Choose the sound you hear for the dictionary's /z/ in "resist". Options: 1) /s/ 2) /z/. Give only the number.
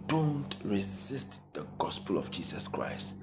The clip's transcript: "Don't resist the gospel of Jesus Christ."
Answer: 2